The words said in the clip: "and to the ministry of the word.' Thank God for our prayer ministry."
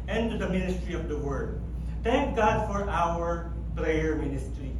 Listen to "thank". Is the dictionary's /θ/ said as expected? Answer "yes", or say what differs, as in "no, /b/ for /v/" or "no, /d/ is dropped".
no, /t/ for /θ/